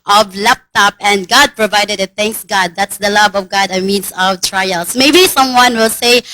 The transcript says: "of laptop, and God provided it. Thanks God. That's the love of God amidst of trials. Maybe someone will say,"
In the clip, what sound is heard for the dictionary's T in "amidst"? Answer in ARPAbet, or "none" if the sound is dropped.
none